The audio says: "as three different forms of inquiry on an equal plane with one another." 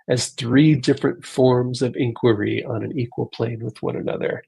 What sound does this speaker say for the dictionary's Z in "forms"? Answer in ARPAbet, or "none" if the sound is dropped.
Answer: Z